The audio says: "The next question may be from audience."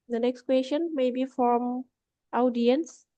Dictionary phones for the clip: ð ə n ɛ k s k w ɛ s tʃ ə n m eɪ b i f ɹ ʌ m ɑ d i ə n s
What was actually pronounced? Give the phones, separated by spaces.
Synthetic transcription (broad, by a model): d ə n ɛ k s k w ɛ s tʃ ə n m eɪ b i f ɹ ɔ m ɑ d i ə n s